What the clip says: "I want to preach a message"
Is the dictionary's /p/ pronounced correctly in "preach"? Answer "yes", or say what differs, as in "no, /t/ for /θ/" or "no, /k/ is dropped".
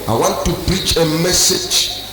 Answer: no, /b/ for /p/